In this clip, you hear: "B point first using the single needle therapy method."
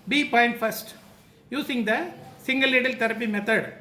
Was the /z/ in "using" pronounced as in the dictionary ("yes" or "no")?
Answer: no